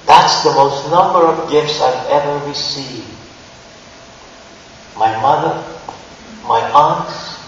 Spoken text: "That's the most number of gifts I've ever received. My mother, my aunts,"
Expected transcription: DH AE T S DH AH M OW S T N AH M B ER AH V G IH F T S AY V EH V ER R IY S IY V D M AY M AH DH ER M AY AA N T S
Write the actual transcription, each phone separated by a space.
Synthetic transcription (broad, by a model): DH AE T S DH AH M OW S T N AH M B ER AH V G IH F T S AY V EH V ER W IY S IY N M AY M AH DH ER M AY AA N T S